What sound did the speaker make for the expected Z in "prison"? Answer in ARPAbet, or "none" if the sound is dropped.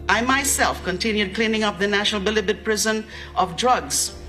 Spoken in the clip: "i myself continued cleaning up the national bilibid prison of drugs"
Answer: Z